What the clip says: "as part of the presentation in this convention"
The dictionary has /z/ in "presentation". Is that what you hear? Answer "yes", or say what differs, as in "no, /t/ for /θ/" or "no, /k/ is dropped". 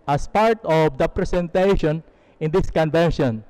no, /s/ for /z/